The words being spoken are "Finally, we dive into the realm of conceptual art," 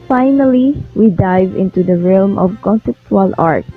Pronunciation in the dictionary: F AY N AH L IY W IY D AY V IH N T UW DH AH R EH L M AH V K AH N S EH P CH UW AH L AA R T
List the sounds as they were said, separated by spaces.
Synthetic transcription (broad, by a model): F AY N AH L IY W IY D AY V IH N T UW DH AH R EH L M AH V K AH N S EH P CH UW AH L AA R T